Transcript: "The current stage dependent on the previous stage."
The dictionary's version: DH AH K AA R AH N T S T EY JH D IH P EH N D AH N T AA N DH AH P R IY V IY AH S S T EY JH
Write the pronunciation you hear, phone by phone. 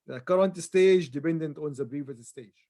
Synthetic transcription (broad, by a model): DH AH K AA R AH N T S T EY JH D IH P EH N D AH N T AA N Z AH B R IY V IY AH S S T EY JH